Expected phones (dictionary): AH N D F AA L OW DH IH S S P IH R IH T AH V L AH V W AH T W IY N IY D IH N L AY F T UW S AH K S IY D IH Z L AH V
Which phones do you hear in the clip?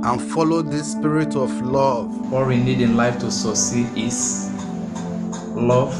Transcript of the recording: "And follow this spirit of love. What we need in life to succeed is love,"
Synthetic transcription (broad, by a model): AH N F AA L OW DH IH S S P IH R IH T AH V L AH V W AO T W IY N IY D IH N L AY F T UW S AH S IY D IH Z L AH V